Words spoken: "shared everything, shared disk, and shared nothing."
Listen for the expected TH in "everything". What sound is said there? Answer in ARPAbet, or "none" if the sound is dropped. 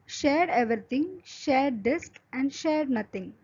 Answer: T